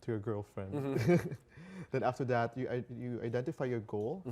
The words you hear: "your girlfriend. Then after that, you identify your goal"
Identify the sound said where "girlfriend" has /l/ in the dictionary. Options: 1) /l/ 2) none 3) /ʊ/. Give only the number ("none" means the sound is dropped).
1